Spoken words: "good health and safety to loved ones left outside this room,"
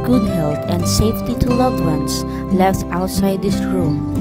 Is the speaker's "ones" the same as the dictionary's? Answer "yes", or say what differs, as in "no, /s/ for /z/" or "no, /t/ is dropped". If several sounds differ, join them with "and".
no, /s/ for /z/